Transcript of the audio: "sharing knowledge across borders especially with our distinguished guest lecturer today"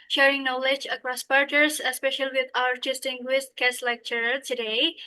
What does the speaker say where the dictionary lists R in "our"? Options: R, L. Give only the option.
R